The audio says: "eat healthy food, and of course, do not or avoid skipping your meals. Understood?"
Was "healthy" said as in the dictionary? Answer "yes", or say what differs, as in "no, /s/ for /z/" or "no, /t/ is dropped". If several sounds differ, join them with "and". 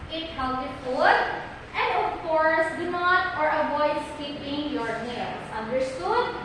no, /t/ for /θ/